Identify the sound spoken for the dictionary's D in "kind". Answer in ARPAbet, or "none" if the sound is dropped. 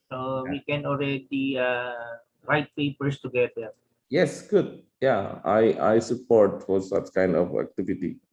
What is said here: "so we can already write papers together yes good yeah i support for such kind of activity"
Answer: D